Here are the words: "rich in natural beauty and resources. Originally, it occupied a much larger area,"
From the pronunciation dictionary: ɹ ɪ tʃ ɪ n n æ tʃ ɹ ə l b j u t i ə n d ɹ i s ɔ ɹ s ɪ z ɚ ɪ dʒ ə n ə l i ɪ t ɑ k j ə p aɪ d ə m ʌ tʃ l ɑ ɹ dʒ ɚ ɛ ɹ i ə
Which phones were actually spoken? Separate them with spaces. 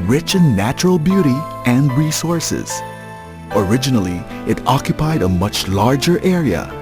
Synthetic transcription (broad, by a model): ɹ ɪ tʃ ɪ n n æ tʃ ɹ ə l b j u t i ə n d ɹ i s ɔ ɹ s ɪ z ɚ ɪ dʒ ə n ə l i ɪ t ɑ k j ə p aɪ d ə m ʌ tʃ l ɑ ɹ dʒ ɚ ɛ ɹ i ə